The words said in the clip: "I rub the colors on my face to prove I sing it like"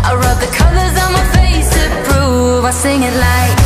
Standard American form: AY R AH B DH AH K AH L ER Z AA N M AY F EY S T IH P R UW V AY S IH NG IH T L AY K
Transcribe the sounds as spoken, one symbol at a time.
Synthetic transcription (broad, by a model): AY R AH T DH AH K AH L ER Z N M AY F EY S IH B R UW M AY S IH NG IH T L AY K